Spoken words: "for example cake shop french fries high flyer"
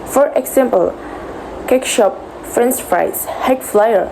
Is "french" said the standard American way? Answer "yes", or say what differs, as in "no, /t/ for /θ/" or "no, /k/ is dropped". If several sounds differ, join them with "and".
no, /s/ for /tʃ/